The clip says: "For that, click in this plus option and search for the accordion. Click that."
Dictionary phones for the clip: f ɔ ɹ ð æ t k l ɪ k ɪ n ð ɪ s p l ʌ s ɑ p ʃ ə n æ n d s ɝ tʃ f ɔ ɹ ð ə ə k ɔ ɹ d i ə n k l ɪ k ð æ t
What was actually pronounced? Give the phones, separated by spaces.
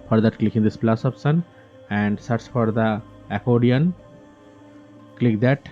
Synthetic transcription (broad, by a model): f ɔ ɹ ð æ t k l ɪ k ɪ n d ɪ s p l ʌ s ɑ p s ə n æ n d s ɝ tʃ f ɔ ɹ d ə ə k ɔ d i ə n k l ɪ k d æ t